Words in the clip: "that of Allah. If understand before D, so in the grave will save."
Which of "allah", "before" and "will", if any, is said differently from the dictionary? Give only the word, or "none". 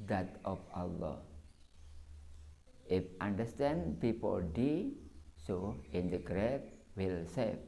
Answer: before